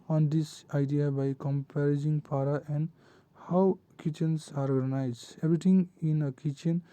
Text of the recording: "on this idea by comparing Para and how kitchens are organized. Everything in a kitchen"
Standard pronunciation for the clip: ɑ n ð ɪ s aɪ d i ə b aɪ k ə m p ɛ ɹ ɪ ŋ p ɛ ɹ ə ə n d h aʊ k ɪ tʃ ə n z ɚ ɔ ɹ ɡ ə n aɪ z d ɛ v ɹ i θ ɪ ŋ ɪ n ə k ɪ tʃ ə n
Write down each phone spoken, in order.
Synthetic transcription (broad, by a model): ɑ n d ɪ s aɪ d i ə b aɪ k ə m p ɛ ɹ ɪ ŋ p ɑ ɹ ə ə n d h aʊ k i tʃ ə n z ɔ ɹ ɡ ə n aɪ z ɛ b ɹ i t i ŋ ɪ n ə k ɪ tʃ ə n